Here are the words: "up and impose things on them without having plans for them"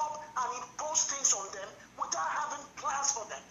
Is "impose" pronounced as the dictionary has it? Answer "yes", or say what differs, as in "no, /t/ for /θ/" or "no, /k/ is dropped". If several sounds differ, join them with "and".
no, /s/ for /z/